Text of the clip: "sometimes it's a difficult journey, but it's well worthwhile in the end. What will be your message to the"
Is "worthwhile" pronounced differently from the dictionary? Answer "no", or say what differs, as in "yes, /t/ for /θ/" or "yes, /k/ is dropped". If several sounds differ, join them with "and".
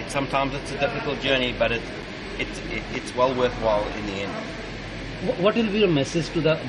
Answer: no